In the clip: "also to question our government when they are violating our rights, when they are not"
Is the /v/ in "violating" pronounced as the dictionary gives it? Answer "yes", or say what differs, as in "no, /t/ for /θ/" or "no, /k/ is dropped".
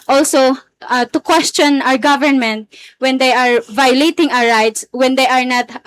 yes